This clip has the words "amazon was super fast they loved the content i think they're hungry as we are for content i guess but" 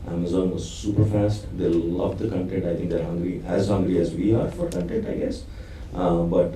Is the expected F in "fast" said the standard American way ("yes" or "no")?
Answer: yes